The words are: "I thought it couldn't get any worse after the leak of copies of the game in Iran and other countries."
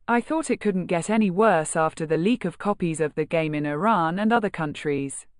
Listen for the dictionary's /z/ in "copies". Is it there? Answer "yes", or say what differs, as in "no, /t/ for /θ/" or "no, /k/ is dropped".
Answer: yes